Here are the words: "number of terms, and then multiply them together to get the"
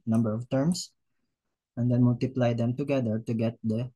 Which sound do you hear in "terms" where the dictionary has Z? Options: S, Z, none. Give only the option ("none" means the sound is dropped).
S